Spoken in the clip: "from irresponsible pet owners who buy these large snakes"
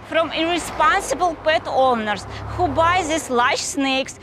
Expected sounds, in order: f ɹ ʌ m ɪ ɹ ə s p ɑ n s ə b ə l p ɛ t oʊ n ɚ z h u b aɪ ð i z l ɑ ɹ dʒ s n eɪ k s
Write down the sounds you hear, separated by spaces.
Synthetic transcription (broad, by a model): f ɹ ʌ m ɪ ɹ ə s p ɑ n s ə b ə l p ɛ t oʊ n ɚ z h u b aɪ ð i s l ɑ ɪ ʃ s n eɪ k s